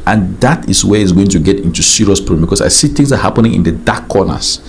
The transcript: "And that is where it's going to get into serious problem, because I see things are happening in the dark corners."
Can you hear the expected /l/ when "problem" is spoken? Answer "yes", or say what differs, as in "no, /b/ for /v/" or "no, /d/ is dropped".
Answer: no, /l/ is dropped